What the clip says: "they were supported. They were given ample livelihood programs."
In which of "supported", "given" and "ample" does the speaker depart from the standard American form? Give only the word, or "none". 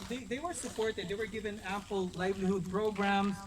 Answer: ample